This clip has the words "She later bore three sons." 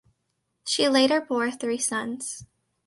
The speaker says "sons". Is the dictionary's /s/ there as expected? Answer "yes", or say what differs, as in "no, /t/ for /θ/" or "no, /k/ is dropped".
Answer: yes